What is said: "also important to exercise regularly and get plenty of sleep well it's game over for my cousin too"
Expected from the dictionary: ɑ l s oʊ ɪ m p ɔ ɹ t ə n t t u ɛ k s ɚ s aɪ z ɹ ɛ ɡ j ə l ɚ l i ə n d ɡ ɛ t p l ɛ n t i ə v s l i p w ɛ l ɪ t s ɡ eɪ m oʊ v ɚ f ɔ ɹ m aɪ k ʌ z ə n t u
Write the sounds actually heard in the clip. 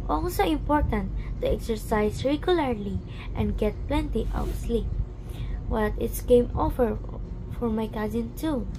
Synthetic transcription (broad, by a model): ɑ l s oʊ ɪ m p ɔ ɹ t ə n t t u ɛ k s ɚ s aɪ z ɹ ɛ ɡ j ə l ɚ l i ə n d ɡ ɛ t p l ɛ n t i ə w s l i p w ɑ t ɪ t s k eɪ m oʊ v ɚ f ɔ ɹ m aɪ k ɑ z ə n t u